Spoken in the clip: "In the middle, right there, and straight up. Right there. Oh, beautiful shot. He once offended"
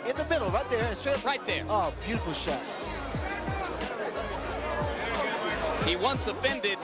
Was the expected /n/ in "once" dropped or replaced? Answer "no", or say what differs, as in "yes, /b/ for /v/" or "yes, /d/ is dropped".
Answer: no